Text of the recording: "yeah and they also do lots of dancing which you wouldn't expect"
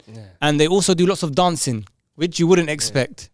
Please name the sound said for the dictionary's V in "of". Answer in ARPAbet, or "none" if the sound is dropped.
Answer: V